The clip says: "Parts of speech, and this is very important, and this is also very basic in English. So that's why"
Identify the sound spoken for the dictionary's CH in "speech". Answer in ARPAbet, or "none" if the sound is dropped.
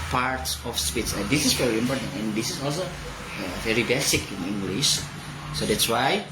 S